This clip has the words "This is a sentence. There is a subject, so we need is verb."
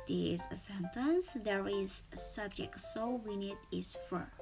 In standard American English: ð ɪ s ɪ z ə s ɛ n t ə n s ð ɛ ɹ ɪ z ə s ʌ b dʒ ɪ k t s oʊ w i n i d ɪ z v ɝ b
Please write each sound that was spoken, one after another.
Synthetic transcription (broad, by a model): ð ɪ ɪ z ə s ɛ n t ə n s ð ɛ ɹ ɪ z s ʌ b dʒ ɪ k t s oʊ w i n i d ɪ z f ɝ